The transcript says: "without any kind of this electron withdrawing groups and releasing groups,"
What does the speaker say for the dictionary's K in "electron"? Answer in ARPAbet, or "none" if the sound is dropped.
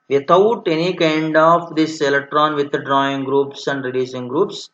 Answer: K